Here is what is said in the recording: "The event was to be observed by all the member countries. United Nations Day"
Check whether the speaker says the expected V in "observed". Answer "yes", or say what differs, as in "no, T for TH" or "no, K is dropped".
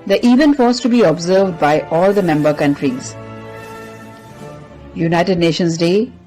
yes